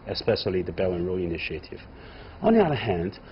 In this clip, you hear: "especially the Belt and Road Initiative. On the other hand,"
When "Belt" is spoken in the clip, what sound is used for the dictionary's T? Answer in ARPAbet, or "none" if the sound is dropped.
none